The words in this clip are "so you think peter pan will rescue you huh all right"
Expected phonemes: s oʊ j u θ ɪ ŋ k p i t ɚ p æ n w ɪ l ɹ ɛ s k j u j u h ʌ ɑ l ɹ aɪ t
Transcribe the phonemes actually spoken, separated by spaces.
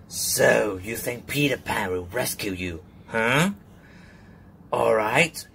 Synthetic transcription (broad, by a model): s oʊ j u θ ɪ ŋ k p i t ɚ p æ n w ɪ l ɹ ɛ s k j u j u h ʌ ɑ l ɹ aɪ t